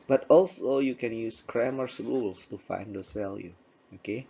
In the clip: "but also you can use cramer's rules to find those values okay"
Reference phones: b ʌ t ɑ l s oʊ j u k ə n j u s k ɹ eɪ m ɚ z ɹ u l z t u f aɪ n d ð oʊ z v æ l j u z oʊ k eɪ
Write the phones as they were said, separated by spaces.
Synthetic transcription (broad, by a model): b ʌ t ɑ l s oʊ j u k ə n j u s k ɹ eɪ m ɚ s ɹ u l s t u f aɪ n d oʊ s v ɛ l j u oʊ k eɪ